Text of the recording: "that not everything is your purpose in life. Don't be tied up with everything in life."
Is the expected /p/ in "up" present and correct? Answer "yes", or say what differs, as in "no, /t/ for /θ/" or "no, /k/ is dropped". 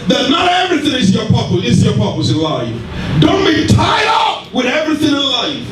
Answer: no, /f/ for /p/